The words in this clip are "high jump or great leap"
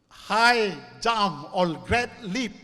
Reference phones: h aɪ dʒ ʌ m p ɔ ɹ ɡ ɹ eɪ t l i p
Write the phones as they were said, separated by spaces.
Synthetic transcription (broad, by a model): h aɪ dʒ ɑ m ɔ l ɡ ɹ eɪ t l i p